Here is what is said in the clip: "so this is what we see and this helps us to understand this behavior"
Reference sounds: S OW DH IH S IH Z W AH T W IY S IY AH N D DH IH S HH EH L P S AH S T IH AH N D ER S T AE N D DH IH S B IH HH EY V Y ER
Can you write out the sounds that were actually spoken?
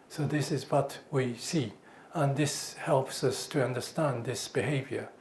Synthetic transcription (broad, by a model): S OW DH IH S IH Z W AH T W IY S IY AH N DH IH S HH EH L P S AH S T IH AH N D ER S T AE N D DH IH S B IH HH EY V Y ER